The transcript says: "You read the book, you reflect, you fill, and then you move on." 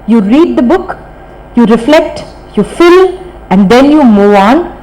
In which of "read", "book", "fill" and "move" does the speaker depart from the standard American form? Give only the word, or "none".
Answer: move